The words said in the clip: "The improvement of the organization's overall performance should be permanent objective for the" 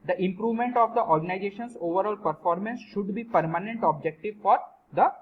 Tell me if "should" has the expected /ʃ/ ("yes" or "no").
yes